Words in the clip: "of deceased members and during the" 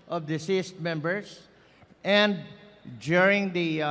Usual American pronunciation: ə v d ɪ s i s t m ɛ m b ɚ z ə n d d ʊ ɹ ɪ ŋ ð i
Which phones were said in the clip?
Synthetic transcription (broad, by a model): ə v d ɪ s i s t m ɛ m b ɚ s ə n d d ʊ ɹ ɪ ŋ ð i